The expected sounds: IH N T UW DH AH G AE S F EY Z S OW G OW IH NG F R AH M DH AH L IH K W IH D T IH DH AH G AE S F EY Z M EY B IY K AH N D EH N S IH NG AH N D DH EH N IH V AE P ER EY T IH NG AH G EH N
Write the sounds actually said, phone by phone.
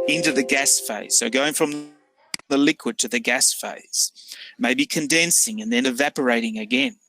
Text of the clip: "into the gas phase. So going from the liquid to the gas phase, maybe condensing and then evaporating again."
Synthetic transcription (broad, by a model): IH N T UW DH AH G AE S F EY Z S OW G OW IH NG F R AH M DH AH L IH K W IH D T IH DH AH G AE S F EY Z M EY B IY K AH N D EH N S IH NG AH N DH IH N IH V AE P ER EY T IH NG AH G EH N